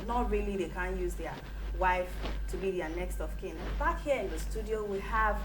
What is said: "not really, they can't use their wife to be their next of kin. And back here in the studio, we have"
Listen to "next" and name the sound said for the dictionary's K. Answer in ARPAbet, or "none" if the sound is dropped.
K